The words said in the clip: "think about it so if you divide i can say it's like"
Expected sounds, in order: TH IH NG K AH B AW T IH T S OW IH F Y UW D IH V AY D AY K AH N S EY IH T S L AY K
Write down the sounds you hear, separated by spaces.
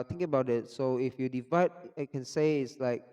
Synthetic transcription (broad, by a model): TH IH NG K AH B AW T IH T S OW IH F Y UW D IH V AY D AY K AH N S EY IH T S L AY K